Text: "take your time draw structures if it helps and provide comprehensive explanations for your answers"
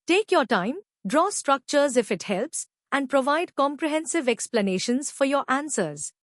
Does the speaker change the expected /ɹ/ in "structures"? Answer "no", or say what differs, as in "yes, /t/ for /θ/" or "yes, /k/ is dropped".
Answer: no